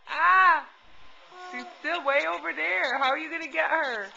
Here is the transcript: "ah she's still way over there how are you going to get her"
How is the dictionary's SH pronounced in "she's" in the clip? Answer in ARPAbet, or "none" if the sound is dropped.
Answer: S